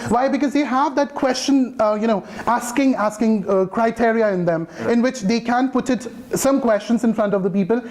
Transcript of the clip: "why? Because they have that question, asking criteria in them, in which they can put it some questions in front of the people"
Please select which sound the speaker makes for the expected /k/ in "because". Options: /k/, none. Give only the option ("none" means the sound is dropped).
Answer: /k/